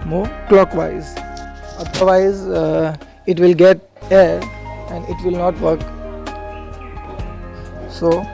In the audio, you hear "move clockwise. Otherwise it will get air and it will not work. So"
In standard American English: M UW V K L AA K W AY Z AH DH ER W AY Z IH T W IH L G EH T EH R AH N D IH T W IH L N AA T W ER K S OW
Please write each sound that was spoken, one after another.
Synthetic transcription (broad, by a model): M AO K L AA K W AY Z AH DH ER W AY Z IH T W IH L G EH T EH R AH N D IH T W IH L N AA T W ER K S OW